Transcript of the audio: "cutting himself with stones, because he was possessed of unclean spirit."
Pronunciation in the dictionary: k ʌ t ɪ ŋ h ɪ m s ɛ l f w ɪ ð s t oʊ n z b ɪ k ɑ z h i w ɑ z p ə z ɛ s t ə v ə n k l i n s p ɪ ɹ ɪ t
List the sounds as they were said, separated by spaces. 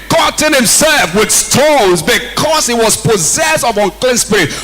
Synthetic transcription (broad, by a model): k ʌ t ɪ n h ɪ m s ɛ l f w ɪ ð s t oʊ n z b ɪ k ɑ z h i w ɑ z p ə z ɛ s t ə v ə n k l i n s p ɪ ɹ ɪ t